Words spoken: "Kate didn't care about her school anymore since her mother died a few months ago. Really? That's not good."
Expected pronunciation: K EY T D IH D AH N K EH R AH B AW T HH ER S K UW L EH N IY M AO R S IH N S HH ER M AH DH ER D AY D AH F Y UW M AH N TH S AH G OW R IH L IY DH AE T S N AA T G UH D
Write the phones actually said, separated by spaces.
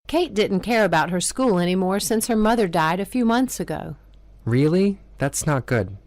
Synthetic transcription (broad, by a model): K EY T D IH D N K EH R AH B AW T HH ER S K UW L EH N IY M AO R S IH N S HH ER M AH DH ER D AY D AH F Y UW M AH N TH S AH G OW R IH L IY DH AE T S N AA T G UH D